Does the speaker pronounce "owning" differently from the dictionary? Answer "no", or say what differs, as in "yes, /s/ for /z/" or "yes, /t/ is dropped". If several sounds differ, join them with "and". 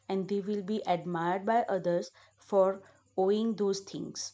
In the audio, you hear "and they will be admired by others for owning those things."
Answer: yes, /n/ is dropped